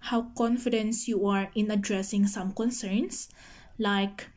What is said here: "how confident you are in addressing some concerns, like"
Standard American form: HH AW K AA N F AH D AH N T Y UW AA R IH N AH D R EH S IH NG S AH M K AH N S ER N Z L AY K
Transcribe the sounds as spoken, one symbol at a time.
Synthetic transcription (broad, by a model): HH AW K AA N F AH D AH N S Y UW AA R IH N AH D R EH S IH NG S AH M K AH N S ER N S L AY K